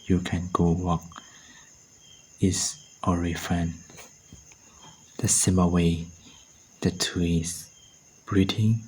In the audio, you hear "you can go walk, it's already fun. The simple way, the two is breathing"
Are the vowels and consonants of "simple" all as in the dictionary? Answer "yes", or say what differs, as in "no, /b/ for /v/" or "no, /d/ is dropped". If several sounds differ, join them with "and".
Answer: no, /p/ is dropped